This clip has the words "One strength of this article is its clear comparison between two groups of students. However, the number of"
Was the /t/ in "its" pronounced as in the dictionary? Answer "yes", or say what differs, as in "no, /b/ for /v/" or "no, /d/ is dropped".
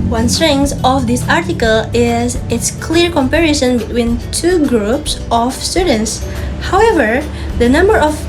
yes